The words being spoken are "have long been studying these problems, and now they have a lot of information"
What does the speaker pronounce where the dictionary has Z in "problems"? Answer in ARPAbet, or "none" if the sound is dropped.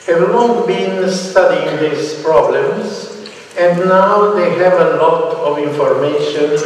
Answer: S